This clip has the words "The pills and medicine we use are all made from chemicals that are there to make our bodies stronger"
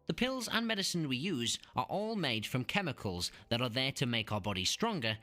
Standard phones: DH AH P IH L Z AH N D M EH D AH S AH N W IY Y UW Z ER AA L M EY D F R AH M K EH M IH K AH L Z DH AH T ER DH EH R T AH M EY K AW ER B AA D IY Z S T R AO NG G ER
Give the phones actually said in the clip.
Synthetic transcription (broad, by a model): DH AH P IH L Z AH N M EH D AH S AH N W IY Y UW Z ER AA L M EY D F R AH M K EH M IH K AH L Z DH AH T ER DH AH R T AH M EY K AW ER B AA D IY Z S T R AO NG G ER